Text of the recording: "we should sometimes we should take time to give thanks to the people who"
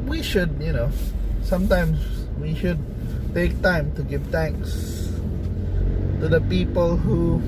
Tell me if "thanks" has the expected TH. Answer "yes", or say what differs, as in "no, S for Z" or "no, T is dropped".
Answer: no, T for TH